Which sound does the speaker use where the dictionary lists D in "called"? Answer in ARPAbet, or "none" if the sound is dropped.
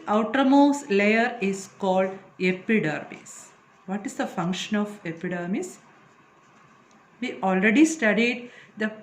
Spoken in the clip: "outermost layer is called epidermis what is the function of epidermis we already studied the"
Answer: D